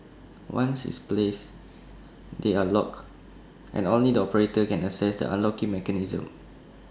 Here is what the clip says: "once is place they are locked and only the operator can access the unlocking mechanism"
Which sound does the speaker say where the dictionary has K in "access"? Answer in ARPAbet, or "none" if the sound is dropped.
none